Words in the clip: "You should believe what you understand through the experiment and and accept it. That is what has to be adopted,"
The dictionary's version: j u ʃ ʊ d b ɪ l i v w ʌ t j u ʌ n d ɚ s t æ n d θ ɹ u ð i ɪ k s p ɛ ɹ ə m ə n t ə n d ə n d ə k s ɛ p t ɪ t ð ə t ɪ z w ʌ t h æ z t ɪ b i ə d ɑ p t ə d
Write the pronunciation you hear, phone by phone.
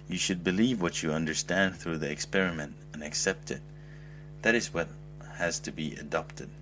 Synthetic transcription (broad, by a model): j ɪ ʃ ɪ d b ɪ l i v w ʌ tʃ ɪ ʌ n d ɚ s t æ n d θ ɹ u ð i ɪ k s p ɛ ɹ ə m ə n t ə n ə k s ɛ p t ɪ t ð ə t ɪ z w ʌ t h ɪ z t ɪ b i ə d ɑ p t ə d